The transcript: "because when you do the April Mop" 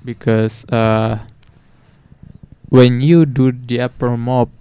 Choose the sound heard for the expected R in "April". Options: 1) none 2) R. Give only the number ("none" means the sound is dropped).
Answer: 1